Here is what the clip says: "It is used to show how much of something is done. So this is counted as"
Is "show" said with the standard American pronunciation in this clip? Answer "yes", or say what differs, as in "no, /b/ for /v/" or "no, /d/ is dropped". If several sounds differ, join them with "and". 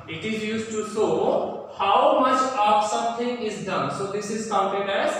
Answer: no, /s/ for /ʃ/